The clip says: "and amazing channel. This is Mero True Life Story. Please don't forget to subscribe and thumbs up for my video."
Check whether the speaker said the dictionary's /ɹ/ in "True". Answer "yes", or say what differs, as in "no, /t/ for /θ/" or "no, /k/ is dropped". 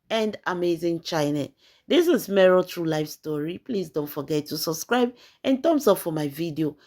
yes